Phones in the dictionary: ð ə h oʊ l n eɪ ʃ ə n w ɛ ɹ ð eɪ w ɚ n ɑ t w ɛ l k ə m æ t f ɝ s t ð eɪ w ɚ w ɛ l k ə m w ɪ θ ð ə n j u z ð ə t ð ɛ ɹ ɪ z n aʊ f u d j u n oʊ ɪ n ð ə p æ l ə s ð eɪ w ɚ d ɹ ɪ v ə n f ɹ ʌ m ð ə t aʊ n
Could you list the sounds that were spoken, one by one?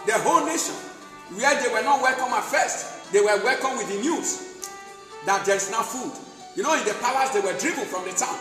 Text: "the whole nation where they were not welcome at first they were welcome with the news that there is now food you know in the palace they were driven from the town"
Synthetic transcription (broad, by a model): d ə h oʊ l n eɪ ʃ ə n w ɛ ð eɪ w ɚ n ɑ t w ɛ l k ə m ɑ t f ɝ s t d eɪ w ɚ w ɛ l k ə m w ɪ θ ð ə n j u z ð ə t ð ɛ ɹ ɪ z n aʊ f u d j u n oʊ ɪ n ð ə p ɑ w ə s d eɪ w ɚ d ɹ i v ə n f ɹ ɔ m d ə t aʊ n